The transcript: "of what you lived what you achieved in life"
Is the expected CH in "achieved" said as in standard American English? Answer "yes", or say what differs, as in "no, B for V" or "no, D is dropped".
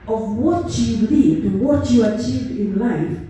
yes